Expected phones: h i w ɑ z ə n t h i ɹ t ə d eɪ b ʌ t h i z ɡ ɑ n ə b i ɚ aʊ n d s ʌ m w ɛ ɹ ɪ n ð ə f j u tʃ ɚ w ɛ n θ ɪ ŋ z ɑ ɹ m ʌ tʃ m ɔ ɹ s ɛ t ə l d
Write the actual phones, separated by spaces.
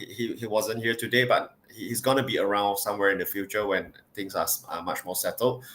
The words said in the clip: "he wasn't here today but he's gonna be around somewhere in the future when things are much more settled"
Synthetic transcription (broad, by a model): h i w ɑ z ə n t h i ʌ t ə d eɪ b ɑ t h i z ɡ ɑ n ə b i ɚ aʊ n d s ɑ m w ɛ ɹ ɪ n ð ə f j u tʃ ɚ w ɛ n t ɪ ŋ s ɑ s m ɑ tʃ m ɔ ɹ s ɛ t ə l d